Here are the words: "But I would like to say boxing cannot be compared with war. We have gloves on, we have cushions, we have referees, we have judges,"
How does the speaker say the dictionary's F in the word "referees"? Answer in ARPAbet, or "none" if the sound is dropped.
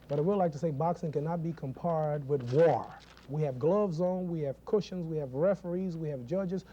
F